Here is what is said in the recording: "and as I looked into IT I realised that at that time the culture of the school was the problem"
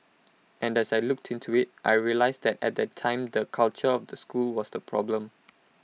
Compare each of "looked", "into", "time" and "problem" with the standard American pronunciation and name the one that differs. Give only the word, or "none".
none